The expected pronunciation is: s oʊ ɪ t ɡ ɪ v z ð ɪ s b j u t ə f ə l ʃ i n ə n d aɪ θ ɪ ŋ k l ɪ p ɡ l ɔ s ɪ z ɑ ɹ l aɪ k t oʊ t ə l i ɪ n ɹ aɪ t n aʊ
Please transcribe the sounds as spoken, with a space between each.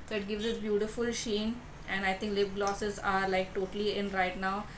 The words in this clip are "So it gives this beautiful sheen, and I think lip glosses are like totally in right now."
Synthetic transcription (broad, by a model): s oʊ ɪ t ɡ ɪ v z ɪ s b j u t ə f ə l ʃ i n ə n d aɪ t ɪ ŋ k l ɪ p ɡ l ɔ s ɪ z ɑ ɹ l aɪ k t oʊ t ə l i ɪ n ɹ aɪ t n aʊ